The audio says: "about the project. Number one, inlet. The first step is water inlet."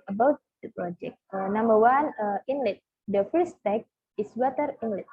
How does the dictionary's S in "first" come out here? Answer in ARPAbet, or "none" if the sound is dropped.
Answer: none